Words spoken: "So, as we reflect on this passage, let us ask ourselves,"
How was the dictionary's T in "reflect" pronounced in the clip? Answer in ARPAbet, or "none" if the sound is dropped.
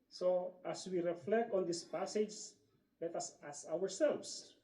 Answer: T